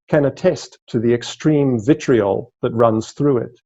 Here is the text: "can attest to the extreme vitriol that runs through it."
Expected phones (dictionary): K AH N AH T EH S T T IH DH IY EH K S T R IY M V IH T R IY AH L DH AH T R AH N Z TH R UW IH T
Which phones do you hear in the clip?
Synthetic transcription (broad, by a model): K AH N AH T EH S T T IH DH IY EH K S T R IY M V IH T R IY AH L DH AH T R AH N Z TH R UW IH T